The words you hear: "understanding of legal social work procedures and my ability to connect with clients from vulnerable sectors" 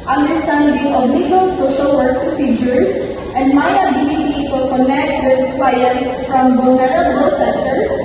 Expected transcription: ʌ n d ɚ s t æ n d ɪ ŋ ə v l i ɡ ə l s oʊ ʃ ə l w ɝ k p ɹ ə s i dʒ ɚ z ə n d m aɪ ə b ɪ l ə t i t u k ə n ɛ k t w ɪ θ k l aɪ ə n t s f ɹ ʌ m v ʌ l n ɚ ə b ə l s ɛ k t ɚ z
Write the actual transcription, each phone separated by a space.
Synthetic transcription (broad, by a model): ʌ n d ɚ s t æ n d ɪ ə b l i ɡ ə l s oʊ ʃ ə l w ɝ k p ɹ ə s i dʒ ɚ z ə n d m aɪ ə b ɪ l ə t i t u k ə n ɛ k t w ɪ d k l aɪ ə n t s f ɹ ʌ m b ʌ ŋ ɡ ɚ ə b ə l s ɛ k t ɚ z